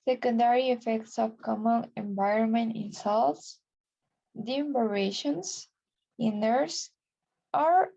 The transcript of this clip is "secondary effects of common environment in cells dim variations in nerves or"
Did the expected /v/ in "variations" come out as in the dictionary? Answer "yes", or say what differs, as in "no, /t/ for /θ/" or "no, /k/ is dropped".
no, /b/ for /v/